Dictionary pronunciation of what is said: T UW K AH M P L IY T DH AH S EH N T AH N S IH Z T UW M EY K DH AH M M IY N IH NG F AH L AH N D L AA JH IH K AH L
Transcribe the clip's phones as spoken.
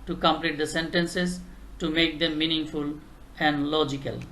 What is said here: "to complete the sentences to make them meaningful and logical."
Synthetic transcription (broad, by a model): T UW K AH M P L IY T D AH S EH N T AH N S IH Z T UW M EY K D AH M M IY N IH NG F AH L AH N D L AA JH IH K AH L